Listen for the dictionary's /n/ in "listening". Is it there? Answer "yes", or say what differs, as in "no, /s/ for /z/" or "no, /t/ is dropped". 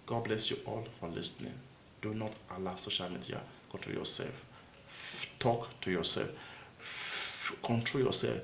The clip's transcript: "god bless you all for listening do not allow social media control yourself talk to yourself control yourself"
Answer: yes